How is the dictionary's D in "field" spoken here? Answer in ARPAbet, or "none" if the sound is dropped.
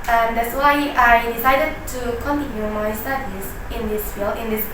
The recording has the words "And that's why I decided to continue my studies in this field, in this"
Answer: none